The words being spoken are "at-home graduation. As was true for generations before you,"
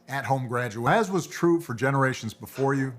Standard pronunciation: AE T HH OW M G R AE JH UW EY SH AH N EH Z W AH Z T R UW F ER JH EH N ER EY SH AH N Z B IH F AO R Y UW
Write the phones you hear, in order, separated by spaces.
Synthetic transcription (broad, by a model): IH T HH OW M G R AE JH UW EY AH Z W AH Z T R UW F ER JH EH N ER EY SH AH N Z B IH F AO R Y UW